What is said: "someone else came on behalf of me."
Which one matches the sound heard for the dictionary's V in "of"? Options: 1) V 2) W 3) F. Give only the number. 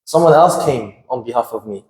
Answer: 1